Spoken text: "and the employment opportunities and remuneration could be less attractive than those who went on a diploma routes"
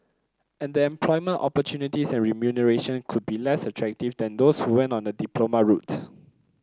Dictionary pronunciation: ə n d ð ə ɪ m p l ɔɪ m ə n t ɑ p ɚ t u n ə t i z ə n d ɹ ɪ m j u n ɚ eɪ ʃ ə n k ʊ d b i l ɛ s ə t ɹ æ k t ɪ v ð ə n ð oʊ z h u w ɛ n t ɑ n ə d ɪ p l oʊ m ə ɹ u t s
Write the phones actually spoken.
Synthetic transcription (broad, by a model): ə n d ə ɪ m p l ɔɪ m ə n t ɑ p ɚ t u n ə t i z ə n ɹ ɪ m j u n ɚ eɪ ʃ ə n k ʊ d b i l ɛ s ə t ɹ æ k t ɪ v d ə n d oʊ s h u w ɛ n t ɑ n ə d ɪ p l oʊ m ə ɹ u t